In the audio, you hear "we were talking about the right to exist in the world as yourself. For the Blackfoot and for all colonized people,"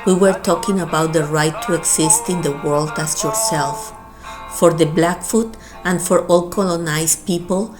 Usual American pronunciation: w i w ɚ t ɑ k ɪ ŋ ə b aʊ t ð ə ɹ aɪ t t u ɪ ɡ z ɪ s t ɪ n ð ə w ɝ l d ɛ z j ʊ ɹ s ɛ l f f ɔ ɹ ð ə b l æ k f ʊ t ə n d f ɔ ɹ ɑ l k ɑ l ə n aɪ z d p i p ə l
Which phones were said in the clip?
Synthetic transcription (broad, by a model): w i w ɚ t ɑ k ɪ ŋ ə b aʊ t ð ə ɹ aɪ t t u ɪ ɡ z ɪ s t ɪ n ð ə w ɝ l d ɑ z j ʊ ɹ s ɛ l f f ɔ ɹ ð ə b l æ k f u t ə n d f ɔ ɹ ɑ l k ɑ l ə n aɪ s p i p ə l